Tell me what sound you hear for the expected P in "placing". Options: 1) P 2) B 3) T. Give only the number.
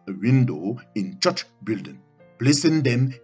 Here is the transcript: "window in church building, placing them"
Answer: 2